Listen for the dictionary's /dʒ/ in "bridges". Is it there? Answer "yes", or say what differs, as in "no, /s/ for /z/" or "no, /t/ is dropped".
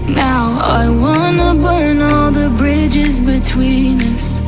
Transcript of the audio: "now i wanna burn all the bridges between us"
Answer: yes